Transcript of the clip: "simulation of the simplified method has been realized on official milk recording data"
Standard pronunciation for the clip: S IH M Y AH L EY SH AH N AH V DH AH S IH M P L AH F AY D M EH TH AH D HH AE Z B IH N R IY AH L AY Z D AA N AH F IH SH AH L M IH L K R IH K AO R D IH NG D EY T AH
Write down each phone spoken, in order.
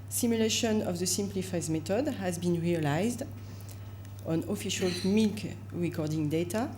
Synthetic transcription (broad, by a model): S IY M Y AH L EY SH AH N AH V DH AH S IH M P L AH F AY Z M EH T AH D HH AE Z B IH N R IY AH L AY Z D AA N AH F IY SH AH L M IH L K R IH K AO R D IH NG D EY T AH